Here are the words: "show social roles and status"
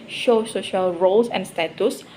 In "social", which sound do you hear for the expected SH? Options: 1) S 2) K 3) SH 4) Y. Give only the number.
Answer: 3